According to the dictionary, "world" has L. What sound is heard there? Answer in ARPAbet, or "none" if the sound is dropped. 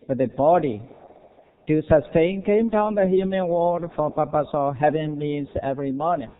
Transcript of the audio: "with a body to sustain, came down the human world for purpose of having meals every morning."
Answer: none